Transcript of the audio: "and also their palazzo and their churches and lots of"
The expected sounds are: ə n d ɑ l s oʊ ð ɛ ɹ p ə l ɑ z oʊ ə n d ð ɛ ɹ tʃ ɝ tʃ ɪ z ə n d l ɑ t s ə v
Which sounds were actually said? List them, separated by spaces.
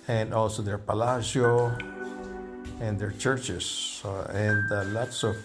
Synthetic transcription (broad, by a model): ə n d ɑ l s oʊ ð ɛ ɹ p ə l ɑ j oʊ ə n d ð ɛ ɹ tʃ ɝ tʃ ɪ s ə n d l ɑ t s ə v